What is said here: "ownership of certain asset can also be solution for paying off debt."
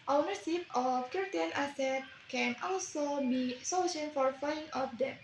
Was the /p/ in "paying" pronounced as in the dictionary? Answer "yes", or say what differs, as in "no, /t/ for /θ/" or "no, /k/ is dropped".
no, /f/ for /p/